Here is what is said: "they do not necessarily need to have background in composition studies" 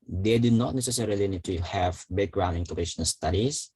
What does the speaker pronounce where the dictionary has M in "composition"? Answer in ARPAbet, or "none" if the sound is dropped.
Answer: none